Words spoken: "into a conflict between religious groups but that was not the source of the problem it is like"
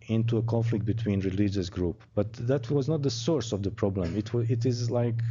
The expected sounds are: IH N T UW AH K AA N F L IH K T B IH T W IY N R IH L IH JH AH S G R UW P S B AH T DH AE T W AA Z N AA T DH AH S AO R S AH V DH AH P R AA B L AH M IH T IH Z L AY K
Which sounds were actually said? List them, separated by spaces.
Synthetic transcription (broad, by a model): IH N T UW AH K AA N F L IH K T B IH T W IY N R IH L IH JH AH S G R UW P B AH T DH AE T W AA Z N AA T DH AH S AO R S AH V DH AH P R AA B L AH M IH T IH Z L AY K